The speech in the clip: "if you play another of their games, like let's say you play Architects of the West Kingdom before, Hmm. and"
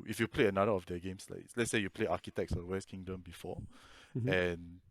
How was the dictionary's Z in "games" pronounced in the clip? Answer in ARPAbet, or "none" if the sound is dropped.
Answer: S